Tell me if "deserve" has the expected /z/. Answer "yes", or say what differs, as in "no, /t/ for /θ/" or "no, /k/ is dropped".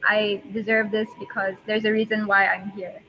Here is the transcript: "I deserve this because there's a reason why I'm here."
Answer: yes